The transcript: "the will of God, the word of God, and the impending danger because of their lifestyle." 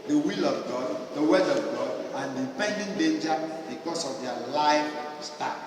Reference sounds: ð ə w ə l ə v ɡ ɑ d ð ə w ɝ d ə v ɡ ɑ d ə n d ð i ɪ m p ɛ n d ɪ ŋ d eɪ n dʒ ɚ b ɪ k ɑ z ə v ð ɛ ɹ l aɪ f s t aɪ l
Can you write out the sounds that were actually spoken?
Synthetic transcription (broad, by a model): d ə w ə l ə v ɡ ɑ d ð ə w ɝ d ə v ɡ ɑ d ə n d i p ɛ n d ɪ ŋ d eɪ n dʒ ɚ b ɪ k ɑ s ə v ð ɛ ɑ l aɪ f s t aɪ